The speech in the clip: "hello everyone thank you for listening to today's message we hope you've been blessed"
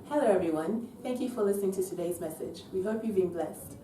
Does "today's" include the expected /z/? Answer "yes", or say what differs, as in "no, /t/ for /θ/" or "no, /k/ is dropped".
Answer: yes